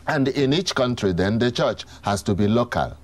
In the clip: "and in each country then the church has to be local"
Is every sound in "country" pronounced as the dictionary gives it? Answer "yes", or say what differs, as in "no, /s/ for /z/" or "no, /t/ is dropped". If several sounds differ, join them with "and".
yes